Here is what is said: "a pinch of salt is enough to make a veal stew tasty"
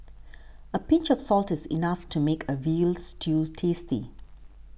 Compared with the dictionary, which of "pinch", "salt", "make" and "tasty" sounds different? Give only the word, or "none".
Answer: none